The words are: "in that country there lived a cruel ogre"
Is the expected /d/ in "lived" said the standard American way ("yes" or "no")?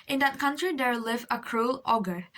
no